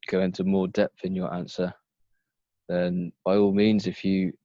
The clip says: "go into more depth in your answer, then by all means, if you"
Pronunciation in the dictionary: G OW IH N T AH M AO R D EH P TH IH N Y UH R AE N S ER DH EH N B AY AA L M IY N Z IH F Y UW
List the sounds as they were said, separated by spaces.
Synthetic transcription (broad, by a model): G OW IH N T AH M AO D EH P TH IH N Y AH R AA N S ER DH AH N B AY AA L M IY N Z IH F Y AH